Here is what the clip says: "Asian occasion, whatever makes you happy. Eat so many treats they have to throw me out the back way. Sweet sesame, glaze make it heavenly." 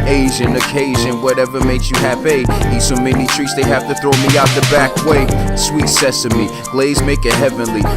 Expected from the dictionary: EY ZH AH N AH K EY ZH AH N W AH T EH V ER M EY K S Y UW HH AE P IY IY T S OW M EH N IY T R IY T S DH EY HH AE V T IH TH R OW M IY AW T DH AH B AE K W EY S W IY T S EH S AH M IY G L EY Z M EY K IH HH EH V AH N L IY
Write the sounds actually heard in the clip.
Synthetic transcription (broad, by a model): EY ZH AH N AH K EY ZH AH N W AH T EH V ER M EY K S Y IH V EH IY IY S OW M EH N IY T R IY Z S DH EY HH AE F T IH TH R OW M IY AW T DH AH B AE K W EY S W IY T S EH S AH M IY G L EY Z M EY K IH HH EH V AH N L IY